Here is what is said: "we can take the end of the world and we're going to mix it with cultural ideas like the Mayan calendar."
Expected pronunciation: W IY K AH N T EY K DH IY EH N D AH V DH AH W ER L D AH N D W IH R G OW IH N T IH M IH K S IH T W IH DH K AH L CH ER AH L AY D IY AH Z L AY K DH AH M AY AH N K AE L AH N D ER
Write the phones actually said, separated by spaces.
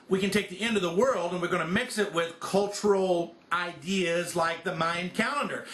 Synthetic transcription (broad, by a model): W IY K AH N T EY K DH IY EH N D AH V DH AH W ER L D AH N W IH R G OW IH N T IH M IH K S IH T W IH DH K AH L CH ER L AY D IY AH Z L AY K DH AH M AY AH N K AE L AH N D ER